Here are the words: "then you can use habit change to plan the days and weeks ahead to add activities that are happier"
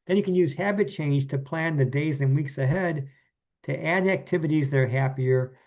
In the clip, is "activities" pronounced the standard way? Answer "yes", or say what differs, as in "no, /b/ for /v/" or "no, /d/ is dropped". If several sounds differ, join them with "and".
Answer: yes